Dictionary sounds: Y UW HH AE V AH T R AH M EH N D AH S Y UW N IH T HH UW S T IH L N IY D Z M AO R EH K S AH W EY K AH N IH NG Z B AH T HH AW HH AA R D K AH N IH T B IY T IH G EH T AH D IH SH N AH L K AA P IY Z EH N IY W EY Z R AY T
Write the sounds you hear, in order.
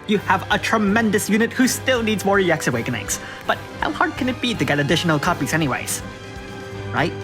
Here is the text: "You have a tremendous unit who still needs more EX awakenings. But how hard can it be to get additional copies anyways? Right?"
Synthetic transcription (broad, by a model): Y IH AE V AH T R AH M EH N D AH S Y UW N IH T HH UW S T IH L N IY D Z M AO R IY K S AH W EY K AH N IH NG S B AH T HH AW HH AA R D K AH N IH T B IY T IH G EH T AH D IH SH N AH L K AA P IY Z EH N IY W EY Z R AY T